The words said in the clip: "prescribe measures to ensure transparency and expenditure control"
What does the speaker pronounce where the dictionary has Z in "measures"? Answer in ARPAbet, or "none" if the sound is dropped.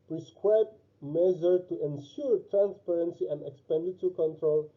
none